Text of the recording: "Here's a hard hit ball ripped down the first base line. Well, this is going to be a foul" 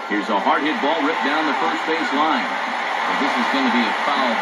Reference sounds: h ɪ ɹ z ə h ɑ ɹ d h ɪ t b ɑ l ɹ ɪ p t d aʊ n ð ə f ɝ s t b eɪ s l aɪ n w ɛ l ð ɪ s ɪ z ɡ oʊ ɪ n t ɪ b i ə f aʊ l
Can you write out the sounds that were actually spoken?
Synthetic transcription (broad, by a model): h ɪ ɹ z ə h ɑ ɹ d h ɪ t b ɑ l ɹ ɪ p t d aʊ n ð ə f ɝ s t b eɪ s l aɪ n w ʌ n ð ɪ s ɪ z ɡ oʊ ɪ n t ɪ b i ə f aʊ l